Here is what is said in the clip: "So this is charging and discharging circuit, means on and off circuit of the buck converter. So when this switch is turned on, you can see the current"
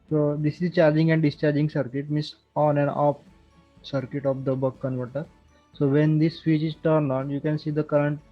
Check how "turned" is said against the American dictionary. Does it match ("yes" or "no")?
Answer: no